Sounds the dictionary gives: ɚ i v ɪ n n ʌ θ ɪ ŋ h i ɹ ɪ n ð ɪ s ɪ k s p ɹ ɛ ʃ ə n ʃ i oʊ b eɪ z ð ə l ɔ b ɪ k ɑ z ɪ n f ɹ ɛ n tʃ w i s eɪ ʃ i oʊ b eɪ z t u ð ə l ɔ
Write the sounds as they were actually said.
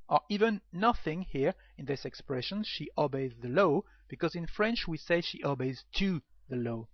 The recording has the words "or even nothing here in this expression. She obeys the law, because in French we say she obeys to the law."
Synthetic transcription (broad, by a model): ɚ i v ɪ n n ʌ θ ɪ ŋ h i ɹ ɪ n ð ɪ s ɪ k s p ɹ ɛ ʃ ə n ʃ i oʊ b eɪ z ð ə l ɔ b ɪ k ɑ z ɪ n f ɹ ɛ n tʃ w i s eɪ ʃ i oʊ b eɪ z t u ð ə l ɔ